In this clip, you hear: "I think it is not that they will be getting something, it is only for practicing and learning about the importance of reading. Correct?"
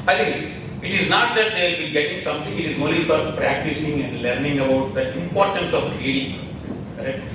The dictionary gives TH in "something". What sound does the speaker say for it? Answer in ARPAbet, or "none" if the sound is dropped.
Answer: T